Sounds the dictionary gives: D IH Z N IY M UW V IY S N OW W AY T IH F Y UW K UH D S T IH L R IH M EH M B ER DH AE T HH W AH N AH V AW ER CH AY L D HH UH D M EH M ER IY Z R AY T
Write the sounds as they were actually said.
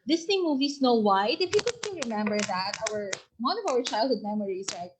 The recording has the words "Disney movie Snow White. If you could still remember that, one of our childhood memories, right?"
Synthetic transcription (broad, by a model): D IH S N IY M UW V IY S N OW W AY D IH F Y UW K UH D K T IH N R IH M EH M B ER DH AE T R W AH N AH V AW ER CH AY L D HH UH D M EH M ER IY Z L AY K